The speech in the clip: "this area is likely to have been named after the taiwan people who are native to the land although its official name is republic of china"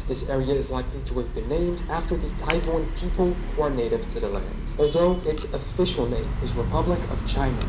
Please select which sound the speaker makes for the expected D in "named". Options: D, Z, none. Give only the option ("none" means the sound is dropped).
D